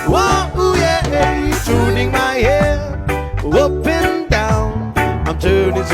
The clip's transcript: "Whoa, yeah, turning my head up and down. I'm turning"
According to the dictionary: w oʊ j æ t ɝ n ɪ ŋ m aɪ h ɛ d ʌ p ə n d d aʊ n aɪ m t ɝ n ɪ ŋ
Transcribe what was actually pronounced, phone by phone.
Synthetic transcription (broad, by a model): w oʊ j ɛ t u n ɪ ŋ m aɪ h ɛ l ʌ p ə n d d aʊ n aɪ m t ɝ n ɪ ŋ